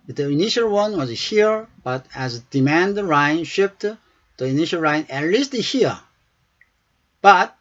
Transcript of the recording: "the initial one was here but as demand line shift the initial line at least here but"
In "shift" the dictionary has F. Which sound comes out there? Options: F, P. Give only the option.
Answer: P